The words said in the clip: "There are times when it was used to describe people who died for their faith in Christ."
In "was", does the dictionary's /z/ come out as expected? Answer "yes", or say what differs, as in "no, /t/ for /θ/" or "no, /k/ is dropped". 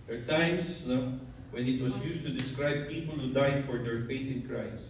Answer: no, /s/ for /z/